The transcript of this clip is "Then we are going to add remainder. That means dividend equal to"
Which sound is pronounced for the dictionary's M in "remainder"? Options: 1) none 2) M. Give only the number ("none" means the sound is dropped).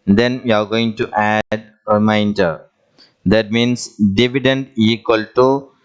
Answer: 1